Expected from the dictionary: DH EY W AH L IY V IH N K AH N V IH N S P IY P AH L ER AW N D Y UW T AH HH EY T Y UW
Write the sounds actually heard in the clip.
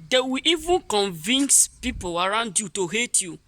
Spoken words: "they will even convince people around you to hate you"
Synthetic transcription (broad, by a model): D EY W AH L IY V IH N K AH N V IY N S P IY P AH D AW N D Y UW T AH HH EY T Y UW